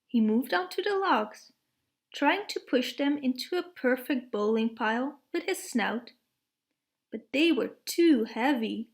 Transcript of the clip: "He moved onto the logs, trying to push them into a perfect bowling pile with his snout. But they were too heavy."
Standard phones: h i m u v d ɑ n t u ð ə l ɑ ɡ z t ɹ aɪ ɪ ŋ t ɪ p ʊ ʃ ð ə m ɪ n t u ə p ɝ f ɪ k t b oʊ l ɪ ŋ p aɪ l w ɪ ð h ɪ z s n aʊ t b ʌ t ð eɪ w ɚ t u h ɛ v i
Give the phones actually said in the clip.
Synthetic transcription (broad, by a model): h i m u v d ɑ n t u ð ə l ɑ ɡ z t ɹ aɪ ɪ ŋ t ɪ p ʊ ʃ ð ə m ɪ n t u ə p ɝ f ɪ k t b oʊ l ɪ ŋ p aɪ l w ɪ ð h ɪ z s n aʊ t b ʌ t ð eɪ w ɚ t u h ɛ v i